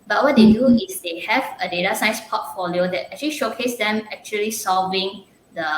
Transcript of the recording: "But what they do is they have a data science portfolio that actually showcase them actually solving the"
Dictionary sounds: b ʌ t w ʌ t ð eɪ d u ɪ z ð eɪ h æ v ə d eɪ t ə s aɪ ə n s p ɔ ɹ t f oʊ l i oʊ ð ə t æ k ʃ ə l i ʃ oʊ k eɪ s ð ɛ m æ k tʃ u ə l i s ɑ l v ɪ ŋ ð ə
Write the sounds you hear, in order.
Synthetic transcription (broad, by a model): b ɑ t w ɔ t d eɪ d u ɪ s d eɪ h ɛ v ə d eɪ t ə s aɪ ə s p ɔ t f oʊ l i oʊ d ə t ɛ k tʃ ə l i ʃ oʊ k eɪ s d ɛ m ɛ k tʃ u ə l i s ɑ l v ɪ ŋ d ə